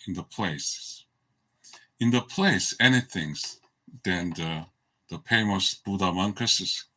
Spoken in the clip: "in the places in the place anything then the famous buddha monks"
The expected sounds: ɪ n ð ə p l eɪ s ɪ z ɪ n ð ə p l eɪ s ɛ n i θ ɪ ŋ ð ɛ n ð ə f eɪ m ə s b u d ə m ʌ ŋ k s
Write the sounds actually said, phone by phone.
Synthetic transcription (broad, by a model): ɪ n ð ə p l eɪ ɪ s ɪ n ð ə p l eɪ s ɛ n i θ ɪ ŋ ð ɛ n ð ə p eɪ m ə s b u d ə m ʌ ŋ k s